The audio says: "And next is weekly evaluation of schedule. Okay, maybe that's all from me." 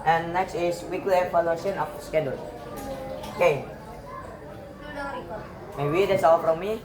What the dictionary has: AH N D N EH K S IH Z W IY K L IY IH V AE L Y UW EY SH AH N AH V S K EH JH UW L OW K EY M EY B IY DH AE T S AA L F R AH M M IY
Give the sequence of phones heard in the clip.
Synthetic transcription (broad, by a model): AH N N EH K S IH S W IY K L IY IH P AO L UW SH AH N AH F S K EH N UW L OW K EY M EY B IY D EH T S AA L F R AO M M IY